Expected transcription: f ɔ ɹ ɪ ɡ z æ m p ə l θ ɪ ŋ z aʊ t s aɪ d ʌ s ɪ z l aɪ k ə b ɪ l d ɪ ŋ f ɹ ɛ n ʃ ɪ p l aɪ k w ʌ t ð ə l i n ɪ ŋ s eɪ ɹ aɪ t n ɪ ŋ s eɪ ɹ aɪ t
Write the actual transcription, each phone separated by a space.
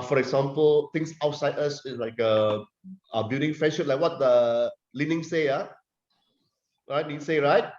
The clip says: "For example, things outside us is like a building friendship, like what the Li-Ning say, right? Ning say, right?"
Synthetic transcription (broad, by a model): f ɔ ɹ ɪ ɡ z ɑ m p ə l t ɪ ŋ s aʊ t s aɪ d ʌ s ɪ s l aɪ k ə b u d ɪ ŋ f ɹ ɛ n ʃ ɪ l aɪ k w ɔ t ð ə l i n ɪ ŋ s eɪ ɹ aɪ t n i s eɪ ɹ aɪ t